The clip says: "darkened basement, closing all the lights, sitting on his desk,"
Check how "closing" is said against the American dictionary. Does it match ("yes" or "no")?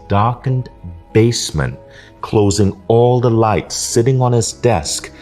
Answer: yes